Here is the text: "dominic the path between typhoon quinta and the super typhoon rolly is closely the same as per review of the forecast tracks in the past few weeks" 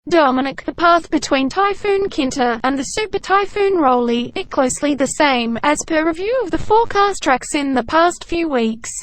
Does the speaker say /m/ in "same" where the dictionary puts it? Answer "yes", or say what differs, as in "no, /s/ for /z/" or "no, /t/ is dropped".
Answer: yes